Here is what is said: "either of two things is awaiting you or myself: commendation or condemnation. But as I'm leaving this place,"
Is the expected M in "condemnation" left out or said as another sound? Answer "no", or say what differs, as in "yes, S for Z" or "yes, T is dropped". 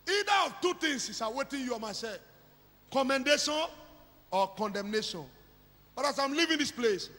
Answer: no